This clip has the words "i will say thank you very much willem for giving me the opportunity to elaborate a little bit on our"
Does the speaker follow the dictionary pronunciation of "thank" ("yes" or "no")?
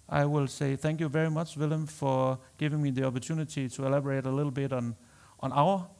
yes